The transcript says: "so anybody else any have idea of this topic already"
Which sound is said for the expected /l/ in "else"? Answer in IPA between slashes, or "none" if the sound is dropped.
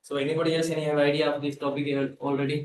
none